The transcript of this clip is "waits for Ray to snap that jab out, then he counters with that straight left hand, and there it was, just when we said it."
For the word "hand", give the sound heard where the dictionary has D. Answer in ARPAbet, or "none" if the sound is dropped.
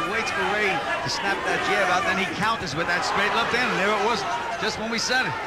none